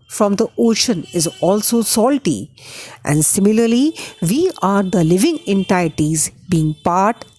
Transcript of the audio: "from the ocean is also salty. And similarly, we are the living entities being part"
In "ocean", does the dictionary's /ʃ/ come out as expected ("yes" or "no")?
yes